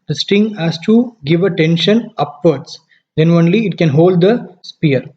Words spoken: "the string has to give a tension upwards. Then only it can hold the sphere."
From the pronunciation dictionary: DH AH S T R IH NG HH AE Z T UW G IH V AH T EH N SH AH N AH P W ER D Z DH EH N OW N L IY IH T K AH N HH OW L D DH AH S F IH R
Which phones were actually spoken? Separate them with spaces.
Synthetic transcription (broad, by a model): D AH S T IH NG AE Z T UW G IH V AH T EH N SH AH N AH P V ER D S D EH N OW N L IY IH T K AH N HH OW L D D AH S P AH R